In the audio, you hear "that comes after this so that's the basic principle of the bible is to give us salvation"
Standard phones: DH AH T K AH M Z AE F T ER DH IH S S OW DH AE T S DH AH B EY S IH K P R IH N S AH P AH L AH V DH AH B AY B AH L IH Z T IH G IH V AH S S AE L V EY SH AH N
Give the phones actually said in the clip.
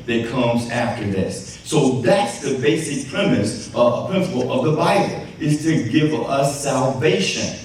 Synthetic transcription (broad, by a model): DH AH T K AH M Z AE F T ER DH IH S S OW DH AE T S DH AH B EY S IH K P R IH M S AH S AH L AH V DH AH B AY B L IH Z T IH G IH V AH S S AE L V EY SH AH N